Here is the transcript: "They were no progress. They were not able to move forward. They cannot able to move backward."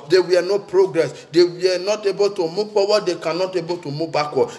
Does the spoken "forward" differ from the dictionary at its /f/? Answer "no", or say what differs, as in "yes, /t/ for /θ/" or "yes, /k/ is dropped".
yes, /p/ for /f/